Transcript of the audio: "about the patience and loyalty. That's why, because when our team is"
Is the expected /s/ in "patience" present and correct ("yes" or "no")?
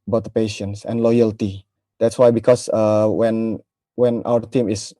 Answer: yes